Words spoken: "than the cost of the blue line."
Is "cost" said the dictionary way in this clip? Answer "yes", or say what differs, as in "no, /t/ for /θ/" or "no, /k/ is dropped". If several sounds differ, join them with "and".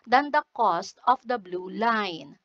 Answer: yes